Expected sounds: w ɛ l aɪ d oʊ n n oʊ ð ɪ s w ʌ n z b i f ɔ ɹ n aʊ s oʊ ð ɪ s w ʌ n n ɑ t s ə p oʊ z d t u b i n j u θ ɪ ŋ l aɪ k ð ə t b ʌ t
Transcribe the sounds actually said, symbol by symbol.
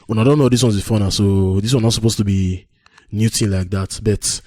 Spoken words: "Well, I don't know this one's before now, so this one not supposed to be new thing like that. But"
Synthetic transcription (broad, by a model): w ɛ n aɪ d oʊ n n oʊ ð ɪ s w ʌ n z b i f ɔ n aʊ s oʊ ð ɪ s w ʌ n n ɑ s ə p oʊ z t u b i n j u t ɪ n l aɪ k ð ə t b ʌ t